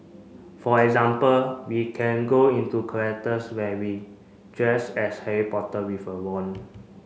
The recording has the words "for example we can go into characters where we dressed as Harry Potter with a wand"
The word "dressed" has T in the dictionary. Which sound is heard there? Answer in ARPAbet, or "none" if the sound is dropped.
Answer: none